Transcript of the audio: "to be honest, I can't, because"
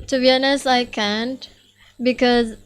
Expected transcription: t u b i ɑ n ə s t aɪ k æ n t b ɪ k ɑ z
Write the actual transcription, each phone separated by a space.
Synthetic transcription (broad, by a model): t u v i n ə s aɪ k æ n t b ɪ k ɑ z